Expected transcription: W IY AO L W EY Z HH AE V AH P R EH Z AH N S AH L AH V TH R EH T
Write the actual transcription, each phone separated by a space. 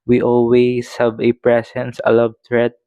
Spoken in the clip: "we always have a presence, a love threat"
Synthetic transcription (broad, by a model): W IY AO L W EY S HH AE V AH P R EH S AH N S AH L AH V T R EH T